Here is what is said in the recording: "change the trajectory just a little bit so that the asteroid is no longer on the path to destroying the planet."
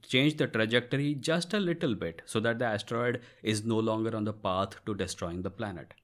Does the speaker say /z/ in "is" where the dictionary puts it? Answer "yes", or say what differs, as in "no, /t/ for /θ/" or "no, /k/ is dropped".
yes